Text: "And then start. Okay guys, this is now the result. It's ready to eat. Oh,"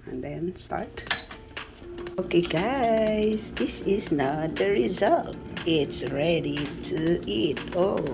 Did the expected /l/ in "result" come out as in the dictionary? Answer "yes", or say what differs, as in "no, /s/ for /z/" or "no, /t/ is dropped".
yes